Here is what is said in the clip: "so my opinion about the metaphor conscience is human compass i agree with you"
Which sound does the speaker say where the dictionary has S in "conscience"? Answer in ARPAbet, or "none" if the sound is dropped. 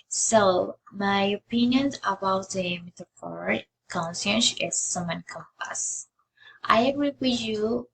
SH